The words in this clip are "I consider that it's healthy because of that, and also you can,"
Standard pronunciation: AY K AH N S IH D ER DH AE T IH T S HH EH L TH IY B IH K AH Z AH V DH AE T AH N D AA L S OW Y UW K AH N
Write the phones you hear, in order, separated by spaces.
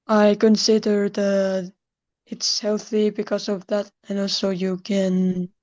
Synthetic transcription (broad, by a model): AY K AH N S IH D ER DH AE T IH T S HH EH L TH IY B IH K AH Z AH V DH AE T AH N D AA L S OW Y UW K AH N